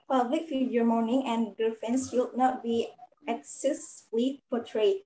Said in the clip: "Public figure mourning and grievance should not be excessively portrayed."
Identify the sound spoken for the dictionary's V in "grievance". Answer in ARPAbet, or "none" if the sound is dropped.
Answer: F